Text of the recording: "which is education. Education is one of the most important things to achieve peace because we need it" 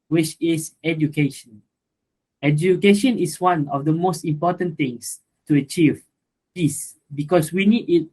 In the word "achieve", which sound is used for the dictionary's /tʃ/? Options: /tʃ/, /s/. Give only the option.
/tʃ/